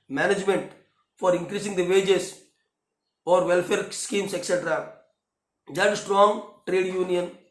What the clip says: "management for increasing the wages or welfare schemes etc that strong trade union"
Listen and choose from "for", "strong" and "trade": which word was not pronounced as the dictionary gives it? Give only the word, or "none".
none